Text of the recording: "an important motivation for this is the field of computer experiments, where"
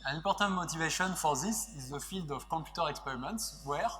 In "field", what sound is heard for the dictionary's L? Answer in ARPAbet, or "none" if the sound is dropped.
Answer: L